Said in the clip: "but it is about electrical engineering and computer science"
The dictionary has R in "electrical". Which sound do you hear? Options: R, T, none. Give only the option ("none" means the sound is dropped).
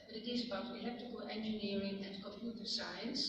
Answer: none